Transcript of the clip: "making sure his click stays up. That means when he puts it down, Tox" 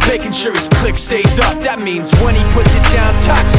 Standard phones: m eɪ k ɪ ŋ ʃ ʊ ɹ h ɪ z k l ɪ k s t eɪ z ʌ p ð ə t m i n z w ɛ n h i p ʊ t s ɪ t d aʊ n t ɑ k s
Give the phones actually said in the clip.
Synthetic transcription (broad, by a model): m eɪ k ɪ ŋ ʃ ʊ ɹ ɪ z k l ɪ k s t eɪ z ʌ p ð ə t m i n z w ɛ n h i p ʊ t s ɪ t d aʊ n t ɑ k s